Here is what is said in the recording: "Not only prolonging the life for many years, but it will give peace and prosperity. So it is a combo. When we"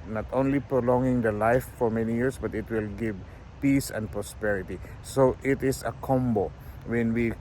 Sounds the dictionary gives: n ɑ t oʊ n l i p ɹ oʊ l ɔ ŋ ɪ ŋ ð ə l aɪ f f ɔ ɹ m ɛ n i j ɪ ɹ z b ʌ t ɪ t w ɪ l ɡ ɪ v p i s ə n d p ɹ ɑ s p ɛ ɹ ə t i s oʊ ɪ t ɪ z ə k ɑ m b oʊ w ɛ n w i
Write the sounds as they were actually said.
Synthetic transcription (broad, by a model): n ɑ t oʊ n l i p ɹ oʊ l ɔ ŋ ɪ ŋ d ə l aɪ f f ɔ ɹ m ɛ n i j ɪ ɹ s b ʌ t ɪ t w ɪ l ɡ ɪ v p i s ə n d p ɹ ɑ s p ɛ ɹ ə t i s oʊ ɪ t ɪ s ə k ɑ m b oʊ w ɛ n w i